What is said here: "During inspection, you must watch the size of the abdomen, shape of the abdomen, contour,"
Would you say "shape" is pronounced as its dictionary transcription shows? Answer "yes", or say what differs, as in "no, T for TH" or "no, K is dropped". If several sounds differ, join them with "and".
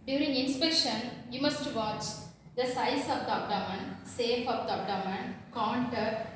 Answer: no, S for SH and F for P